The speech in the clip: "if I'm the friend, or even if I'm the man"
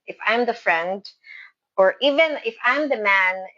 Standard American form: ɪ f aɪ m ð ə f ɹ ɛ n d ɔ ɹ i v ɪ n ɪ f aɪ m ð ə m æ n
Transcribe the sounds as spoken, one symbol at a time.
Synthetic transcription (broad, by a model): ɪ f aɪ m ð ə f ɹ ɛ n d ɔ ɹ i v ɪ n ɪ f aɪ m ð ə m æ n